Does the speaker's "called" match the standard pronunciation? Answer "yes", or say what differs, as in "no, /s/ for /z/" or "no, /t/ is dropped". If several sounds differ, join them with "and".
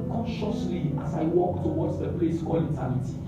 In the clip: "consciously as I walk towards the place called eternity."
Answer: no, /d/ is dropped